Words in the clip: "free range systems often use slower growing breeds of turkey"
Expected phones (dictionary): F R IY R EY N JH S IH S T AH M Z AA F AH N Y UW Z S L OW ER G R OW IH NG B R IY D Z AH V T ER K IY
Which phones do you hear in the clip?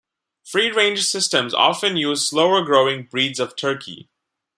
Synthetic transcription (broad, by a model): F R IY R EY N JH S IH S T AH M Z AA F AH N Y UW Z S L OW ER G R OW IH NG B R IY D Z AH V T ER K IY